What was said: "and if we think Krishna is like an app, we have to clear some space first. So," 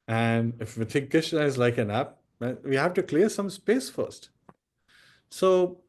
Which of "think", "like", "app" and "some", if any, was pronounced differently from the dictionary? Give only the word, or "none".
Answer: think